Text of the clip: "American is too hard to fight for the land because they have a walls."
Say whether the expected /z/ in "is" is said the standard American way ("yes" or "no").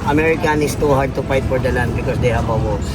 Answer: no